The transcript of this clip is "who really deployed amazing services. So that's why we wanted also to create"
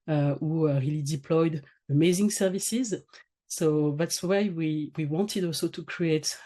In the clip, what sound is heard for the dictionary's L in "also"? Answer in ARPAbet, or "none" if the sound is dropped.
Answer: L